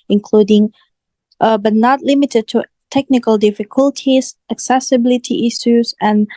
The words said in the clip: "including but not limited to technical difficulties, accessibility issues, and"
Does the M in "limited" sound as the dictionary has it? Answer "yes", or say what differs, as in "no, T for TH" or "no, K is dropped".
yes